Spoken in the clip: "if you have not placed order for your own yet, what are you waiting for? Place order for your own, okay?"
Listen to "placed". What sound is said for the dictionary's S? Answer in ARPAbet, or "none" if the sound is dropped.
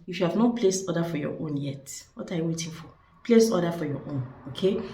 S